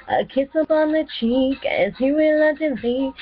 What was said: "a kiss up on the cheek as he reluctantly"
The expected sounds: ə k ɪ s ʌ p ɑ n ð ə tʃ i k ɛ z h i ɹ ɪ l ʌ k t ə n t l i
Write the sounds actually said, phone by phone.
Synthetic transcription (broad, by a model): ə k ɪ s ʌ p ɑ n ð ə tʃ i k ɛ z h i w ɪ l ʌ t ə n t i